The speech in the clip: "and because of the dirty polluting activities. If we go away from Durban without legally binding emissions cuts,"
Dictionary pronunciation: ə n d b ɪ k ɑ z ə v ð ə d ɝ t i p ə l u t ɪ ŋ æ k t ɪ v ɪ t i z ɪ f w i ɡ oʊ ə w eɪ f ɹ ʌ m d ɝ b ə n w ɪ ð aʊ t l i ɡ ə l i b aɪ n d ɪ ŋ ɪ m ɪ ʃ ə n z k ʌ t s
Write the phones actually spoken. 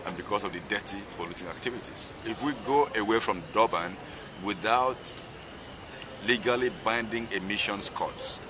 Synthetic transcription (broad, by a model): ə n b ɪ k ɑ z ə v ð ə d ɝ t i p ə l u t ɪ ŋ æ k t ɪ v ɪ t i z ɪ f w i ɡ oʊ ə w eɪ f ɹ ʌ m d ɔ b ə n w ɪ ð aʊ t l i ɡ ə l i b aɪ n d ɪ ŋ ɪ m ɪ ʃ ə n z k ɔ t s